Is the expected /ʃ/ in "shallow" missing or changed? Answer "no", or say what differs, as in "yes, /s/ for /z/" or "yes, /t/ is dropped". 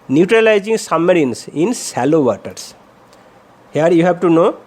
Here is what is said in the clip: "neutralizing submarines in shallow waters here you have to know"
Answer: yes, /s/ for /ʃ/